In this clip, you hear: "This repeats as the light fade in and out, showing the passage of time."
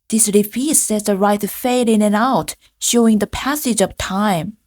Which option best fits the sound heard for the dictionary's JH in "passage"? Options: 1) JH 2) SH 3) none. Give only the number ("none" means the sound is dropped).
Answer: 1